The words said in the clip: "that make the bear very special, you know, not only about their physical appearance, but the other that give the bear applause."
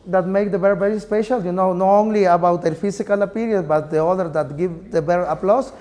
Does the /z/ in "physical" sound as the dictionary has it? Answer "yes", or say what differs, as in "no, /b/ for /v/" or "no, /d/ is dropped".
no, /s/ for /z/